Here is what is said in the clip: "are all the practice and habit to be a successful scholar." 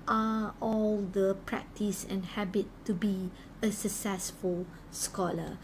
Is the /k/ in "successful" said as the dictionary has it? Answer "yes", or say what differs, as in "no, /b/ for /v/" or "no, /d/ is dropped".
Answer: yes